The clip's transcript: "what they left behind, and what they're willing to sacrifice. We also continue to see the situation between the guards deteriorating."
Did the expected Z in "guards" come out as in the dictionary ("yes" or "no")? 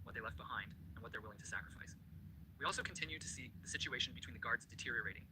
yes